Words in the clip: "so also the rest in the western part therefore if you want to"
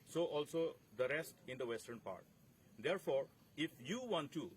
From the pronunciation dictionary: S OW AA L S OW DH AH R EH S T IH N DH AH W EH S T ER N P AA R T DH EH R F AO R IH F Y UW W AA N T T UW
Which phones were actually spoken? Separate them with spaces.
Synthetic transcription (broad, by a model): S OW AA L S OW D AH R EH S T IH N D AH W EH S T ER N P AA R T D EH R F AO R IH F Y UW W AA N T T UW